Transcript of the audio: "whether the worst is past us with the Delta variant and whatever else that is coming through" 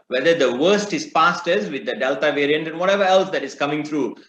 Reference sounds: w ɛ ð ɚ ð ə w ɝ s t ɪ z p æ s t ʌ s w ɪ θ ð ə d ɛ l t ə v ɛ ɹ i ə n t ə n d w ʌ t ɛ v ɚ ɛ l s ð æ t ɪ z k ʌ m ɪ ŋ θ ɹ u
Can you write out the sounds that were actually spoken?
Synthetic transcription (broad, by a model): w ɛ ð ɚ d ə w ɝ s t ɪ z p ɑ s t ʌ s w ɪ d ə d ɛ l t ə v ɛ ɹ i ə n t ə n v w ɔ t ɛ v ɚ ɛ l s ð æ t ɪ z k ʌ m ɪ ŋ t ɹ u